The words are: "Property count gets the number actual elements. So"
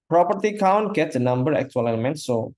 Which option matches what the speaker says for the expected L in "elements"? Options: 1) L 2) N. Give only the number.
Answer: 2